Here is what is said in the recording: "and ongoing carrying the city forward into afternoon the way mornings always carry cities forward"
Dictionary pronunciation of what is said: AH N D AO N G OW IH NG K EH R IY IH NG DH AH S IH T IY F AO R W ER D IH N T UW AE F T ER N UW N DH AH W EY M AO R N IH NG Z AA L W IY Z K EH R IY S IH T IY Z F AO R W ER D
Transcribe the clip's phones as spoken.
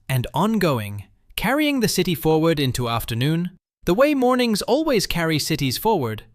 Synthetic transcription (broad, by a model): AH N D AO N G OW IH NG K EH R IY IH NG DH AH S IH T IY F AO R W ER D IH N T UW AE F T ER N UW N DH AH W EY M AO R N IH NG Z AA L W IY Z K EH R IY S IH T IY Z F AO R W ER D